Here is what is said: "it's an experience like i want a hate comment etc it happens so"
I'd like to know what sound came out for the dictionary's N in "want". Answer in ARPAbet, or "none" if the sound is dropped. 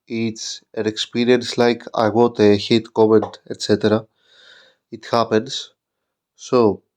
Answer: none